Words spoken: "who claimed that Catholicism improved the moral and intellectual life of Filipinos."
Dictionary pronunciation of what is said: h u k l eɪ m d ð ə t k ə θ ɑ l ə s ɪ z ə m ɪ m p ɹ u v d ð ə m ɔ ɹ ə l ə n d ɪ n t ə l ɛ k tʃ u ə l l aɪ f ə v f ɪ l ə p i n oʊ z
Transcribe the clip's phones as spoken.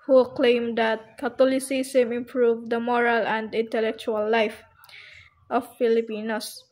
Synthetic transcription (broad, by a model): h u k l eɪ m d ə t k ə t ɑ l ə s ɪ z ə m ɪ m p ɹ u v d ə m ɔ ɹ ə l ə n d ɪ n t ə l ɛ k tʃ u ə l l aɪ f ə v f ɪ l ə p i n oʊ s